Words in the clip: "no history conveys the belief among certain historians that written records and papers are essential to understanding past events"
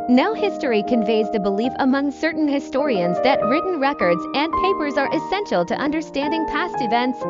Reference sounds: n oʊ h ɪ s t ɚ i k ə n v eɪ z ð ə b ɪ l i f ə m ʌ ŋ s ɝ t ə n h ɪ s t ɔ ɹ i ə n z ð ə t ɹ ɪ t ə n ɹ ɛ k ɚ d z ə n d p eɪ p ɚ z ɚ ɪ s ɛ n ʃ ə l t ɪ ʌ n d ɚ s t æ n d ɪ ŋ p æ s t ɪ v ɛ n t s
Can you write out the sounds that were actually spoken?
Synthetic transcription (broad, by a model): n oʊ h ɪ s t ɚ i k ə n v eɪ z ð ə b ɪ l i f ə m ʌ ŋ s ɝ t n h ɪ s t ɔ ɹ i ə n z ð ə t ɹ ɪ t n ɹ ɛ k ɚ d z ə n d p eɪ p ɚ z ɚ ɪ s ɛ n ʃ l t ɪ ʌ n d ɚ s t æ n d ɪ ŋ p æ s t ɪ v ɛ n t s